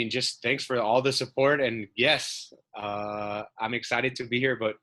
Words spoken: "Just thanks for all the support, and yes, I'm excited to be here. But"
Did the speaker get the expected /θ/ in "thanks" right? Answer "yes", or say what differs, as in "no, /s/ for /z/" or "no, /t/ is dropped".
yes